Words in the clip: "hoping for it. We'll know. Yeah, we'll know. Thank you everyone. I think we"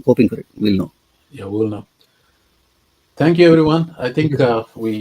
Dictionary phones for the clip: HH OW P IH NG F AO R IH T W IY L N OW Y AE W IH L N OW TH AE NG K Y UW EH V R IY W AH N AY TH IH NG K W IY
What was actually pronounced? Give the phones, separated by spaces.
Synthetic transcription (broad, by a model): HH OW P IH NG F AO R IH T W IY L N OW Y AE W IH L N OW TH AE NG K Y UW EH V R IY W AH N AY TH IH NG K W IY